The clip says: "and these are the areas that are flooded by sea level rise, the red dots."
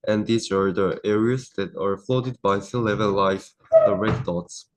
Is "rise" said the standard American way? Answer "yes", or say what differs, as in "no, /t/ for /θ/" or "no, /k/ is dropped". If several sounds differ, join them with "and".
no, /l/ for /ɹ/